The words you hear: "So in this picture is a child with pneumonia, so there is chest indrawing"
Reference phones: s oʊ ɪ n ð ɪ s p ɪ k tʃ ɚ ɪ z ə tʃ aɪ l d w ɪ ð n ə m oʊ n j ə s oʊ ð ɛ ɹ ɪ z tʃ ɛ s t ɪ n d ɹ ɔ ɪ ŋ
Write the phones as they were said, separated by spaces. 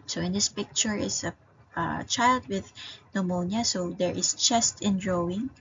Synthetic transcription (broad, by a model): s oʊ ɪ n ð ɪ s p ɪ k tʃ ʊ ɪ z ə tʃ aɪ l d w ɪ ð n ə m oʊ n j ə s oʊ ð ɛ ɹ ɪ s tʃ ɛ s t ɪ n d ɹ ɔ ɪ ŋ